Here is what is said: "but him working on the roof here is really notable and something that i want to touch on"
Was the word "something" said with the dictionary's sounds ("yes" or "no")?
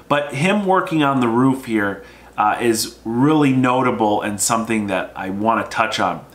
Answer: yes